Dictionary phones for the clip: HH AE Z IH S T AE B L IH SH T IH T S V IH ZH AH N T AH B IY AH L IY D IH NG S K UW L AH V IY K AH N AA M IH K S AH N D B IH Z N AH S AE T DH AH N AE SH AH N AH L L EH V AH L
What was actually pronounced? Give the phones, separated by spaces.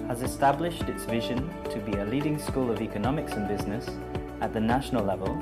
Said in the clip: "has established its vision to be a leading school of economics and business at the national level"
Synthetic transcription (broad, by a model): HH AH Z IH S T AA B L IH SH T IH T S V IH ZH AH N T AH B IY AH L IY D IH NG S K UW L AH V IY K AH N AA M IH K S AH N B IH Z N AH S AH T DH AH N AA SH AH N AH L L EH V AH L